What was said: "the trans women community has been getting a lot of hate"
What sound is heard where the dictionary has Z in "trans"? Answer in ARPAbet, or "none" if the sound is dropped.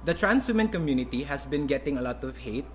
S